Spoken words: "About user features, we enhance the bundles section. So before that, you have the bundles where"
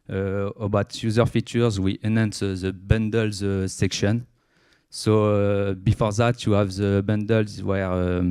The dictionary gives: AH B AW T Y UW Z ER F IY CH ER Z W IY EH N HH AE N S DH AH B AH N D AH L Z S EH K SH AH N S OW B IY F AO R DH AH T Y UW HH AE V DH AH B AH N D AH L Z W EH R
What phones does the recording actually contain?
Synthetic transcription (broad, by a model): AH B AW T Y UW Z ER F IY CH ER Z W IY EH N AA N S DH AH B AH N D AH L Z S EH K SH AH N S OW B IY F AO R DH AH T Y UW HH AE V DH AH B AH N D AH L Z W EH R